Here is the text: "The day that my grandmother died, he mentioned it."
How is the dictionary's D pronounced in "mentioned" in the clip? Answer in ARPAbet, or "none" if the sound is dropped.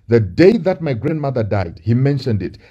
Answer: D